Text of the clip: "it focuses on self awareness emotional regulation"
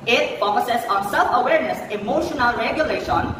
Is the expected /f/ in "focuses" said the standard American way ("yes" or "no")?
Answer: no